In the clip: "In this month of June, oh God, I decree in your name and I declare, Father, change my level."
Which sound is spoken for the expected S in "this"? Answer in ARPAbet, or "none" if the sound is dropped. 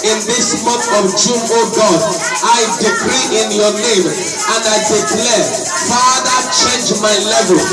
S